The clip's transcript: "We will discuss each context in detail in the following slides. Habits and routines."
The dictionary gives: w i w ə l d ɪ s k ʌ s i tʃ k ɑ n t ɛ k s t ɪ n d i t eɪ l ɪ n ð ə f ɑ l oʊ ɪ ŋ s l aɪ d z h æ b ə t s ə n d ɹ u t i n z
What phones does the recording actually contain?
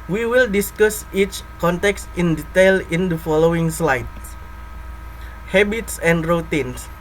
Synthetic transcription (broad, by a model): w i w ə l d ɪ s k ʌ s i tʃ k ɑ n t ɛ k s t ɪ n d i t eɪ l ɪ n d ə f ɑ l oʊ ɪ ŋ s l aɪ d h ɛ b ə t s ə n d ɹ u t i n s